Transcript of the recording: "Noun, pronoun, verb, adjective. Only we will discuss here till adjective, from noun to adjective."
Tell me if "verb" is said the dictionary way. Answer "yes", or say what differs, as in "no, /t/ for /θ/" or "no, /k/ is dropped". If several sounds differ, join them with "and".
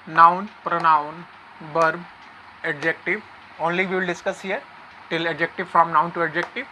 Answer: no, /b/ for /v/